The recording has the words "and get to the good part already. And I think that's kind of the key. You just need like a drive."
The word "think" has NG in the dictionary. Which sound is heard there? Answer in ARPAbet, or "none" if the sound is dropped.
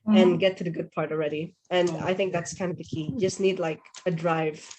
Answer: NG